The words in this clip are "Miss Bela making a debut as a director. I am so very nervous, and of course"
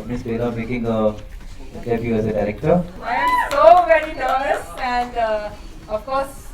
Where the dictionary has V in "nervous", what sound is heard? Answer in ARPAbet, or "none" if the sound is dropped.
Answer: none